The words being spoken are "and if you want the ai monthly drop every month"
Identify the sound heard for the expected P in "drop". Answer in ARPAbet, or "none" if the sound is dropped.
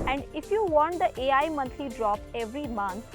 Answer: P